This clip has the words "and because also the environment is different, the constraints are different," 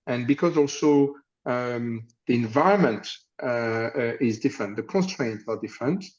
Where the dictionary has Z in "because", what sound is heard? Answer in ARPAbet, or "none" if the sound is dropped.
Z